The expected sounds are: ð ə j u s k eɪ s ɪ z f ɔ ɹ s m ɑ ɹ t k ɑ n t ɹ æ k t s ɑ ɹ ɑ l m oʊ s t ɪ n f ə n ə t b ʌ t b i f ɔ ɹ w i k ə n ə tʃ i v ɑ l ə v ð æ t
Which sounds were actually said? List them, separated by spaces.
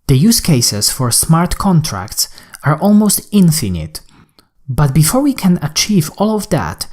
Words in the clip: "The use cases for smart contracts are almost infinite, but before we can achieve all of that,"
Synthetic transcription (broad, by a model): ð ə j u s k eɪ s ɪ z f ɔ ɹ s m ɑ ɹ t k ɑ n t ɹ æ k t s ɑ ɹ ɑ l m oʊ s t ɪ n f ə n ə t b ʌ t b i f ɔ ɹ w i k ə n ə tʃ i v ɑ l ə v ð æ t